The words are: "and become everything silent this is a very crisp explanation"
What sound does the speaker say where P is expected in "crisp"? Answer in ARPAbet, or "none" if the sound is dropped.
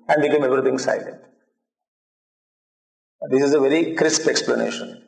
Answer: P